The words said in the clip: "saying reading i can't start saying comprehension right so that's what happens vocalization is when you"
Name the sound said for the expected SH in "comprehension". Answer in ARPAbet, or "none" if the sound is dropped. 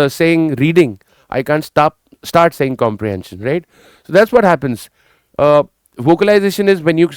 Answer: SH